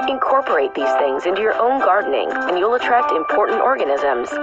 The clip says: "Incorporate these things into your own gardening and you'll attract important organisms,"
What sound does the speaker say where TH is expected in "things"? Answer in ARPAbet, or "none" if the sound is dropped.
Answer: TH